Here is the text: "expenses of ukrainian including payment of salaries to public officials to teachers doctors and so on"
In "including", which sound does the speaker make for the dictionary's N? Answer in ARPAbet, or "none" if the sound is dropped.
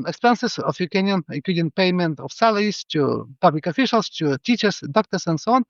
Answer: none